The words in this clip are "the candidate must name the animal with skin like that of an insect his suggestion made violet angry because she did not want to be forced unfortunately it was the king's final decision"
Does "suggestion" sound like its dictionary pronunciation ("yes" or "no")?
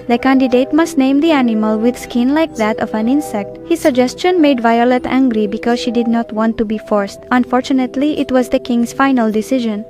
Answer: yes